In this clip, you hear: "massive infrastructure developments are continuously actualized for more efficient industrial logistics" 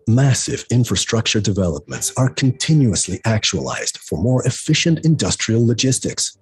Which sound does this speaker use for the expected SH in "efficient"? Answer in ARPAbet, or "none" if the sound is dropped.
SH